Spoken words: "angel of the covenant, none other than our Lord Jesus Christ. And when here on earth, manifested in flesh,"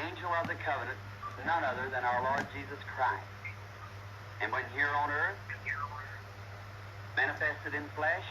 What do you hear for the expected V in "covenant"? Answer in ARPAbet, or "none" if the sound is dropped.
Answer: V